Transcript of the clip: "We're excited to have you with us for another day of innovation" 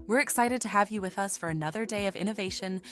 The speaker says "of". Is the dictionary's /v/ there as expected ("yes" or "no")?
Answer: yes